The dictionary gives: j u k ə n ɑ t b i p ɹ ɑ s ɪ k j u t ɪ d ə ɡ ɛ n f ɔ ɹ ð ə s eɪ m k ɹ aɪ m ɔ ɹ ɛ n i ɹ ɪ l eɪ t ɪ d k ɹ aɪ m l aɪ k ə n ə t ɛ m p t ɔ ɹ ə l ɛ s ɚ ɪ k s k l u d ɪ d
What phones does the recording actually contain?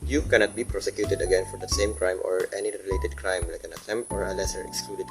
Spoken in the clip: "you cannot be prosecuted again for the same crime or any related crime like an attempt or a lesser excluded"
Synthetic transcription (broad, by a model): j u k ə n ɑ t b i p ɹ ɑ s ɪ k j u t ɪ d ə ɡ ɛ n f ɔ ɹ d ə s eɪ m k ɹ aɪ m ɔ ɹ ɛ n i ɹ ɪ l eɪ t ɪ d k ɹ aɪ m l aɪ k ə n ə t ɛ m t ɔ ɹ ə l ɛ s ɚ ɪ k s k l u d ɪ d